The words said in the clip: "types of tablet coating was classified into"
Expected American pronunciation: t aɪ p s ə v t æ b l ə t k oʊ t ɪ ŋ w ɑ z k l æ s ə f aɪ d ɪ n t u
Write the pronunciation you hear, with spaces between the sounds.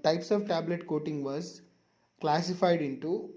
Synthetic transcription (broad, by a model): t aɪ p s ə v t æ b l ə t k oʊ t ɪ ŋ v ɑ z k l æ s ə f aɪ d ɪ n t u